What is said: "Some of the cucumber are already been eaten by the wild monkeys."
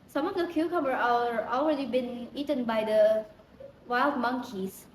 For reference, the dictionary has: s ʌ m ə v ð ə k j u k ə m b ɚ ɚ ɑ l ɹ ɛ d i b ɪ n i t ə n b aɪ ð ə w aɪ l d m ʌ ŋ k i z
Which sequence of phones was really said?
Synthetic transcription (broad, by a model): s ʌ m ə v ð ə k j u k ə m ɚ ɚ ɑ l ɹ ɛ d i b ɪ n i t ə n b aɪ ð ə w aɪ l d m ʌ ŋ k i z